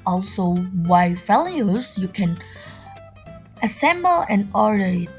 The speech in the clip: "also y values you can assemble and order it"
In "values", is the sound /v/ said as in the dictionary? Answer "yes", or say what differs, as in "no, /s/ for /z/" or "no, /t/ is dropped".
no, /f/ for /v/